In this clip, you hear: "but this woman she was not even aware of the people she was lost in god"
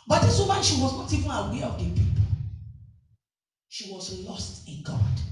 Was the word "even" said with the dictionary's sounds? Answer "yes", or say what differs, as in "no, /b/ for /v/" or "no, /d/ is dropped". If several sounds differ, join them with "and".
yes